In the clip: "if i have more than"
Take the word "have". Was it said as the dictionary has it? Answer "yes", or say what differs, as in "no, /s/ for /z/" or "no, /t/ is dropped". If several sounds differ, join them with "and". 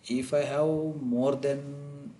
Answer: no, /w/ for /v/